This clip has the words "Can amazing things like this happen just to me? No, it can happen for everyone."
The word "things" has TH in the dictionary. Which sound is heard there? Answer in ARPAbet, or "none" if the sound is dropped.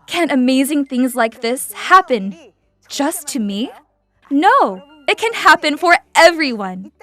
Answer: TH